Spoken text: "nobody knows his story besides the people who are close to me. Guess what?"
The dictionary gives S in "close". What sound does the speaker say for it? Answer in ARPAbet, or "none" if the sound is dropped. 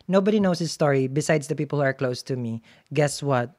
S